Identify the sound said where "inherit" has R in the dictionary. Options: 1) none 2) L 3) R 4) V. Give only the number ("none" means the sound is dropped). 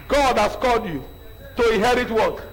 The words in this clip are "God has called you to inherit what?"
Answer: 3